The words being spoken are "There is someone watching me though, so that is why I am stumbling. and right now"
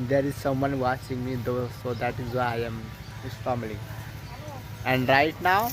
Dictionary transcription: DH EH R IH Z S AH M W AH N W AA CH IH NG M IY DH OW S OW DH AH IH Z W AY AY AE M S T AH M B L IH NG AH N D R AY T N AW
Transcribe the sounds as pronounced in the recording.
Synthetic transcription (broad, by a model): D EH R IH Z S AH M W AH N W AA CH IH NG M IY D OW S OW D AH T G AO AY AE M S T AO M L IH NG AH N D R AY T N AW